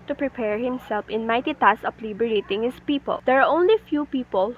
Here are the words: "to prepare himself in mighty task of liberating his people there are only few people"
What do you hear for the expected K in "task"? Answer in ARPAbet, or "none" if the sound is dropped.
none